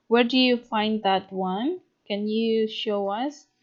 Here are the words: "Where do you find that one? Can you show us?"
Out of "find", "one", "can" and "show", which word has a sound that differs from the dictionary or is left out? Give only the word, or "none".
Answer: none